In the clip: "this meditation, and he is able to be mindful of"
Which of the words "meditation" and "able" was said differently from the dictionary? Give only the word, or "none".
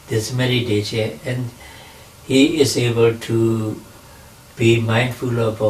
meditation